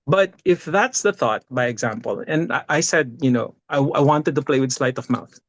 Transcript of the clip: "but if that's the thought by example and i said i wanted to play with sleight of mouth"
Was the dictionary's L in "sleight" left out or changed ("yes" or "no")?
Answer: no